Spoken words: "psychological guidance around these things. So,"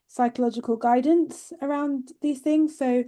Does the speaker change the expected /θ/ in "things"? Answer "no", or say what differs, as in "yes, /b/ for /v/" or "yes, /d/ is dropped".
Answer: no